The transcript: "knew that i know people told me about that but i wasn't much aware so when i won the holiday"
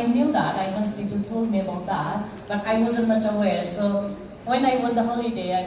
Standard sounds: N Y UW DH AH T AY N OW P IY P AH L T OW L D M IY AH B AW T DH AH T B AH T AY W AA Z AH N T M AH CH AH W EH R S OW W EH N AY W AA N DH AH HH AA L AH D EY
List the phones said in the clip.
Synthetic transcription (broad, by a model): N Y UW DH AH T AY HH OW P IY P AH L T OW D M IY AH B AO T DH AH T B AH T AY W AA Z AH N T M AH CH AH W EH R S OW W EH N AY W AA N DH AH HH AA L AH D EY